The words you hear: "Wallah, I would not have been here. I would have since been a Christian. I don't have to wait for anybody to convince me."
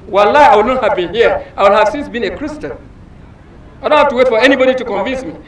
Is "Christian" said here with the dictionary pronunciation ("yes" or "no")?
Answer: yes